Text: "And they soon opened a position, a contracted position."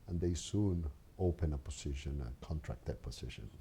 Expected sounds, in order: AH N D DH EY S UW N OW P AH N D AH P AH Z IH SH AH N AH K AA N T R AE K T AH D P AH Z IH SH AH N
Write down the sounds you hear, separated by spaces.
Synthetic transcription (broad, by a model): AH N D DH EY S UW N OW P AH N AH P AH S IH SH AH N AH K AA N T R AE K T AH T P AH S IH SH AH N